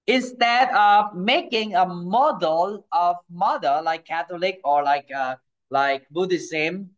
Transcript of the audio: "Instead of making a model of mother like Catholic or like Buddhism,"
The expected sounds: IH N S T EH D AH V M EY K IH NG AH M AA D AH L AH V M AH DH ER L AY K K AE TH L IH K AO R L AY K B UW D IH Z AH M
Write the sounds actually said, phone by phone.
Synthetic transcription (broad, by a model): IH N S T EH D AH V M EY K IH NG AH M AA D AH L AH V M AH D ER L AY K K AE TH L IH K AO L L AY K B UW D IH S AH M